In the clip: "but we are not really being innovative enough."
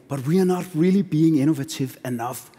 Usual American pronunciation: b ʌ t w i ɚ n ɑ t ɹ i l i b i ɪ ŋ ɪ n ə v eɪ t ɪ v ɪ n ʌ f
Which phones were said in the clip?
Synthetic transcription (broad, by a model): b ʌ t w i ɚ n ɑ t ɹ i l i b i ɪ ŋ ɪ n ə v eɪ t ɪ v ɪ n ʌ f